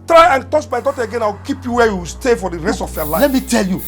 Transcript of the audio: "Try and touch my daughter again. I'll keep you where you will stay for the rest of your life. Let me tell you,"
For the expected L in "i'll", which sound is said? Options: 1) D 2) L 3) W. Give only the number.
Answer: 3